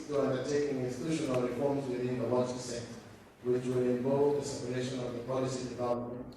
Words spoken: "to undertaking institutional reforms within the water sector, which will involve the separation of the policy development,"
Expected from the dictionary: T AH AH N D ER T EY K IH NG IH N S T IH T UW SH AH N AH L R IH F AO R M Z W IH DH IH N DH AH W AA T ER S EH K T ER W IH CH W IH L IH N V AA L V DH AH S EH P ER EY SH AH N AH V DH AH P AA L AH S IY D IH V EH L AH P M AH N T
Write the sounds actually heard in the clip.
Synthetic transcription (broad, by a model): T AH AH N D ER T EY K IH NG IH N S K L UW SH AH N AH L R IH F AO R M Z W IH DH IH N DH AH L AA S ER S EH T W IH CH W IH L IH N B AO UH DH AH S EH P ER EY SH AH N AH V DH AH P AA L AH S IY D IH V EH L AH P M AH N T